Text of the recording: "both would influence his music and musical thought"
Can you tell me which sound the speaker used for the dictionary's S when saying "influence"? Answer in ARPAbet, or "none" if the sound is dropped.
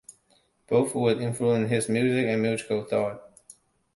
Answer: none